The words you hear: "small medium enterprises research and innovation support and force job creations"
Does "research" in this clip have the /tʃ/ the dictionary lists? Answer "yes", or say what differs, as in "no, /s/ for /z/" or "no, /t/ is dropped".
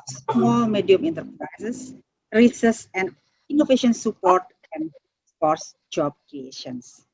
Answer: no, /s/ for /tʃ/